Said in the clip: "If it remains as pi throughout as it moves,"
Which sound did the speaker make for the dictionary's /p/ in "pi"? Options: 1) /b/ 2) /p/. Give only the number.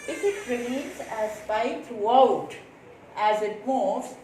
1